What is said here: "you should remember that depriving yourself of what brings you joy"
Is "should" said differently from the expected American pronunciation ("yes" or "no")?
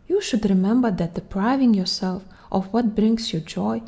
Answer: no